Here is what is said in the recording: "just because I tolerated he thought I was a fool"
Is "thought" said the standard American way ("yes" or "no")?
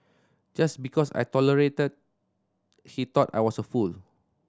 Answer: no